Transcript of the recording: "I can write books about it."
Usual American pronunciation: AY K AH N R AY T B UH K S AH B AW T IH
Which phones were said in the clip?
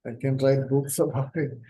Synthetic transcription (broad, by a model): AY K AH N R AY T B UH K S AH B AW IH